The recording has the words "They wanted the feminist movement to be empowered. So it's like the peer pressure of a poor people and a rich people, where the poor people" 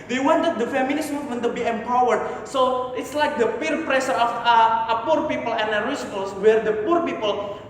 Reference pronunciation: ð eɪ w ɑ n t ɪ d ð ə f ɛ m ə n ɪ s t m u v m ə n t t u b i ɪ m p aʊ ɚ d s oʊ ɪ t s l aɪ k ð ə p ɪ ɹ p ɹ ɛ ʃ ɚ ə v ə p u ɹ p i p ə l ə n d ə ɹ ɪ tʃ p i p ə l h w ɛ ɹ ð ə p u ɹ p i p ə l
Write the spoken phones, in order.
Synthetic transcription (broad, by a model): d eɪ w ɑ n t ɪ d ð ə f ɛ m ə n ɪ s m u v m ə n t t u b i ɪ m p aʊ ɚ d s oʊ ɪ t s l aɪ k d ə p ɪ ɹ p ɹ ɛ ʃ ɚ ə f ə p u ɹ p i p ə l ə n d ə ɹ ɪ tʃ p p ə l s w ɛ ɹ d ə p u ɹ p i p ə l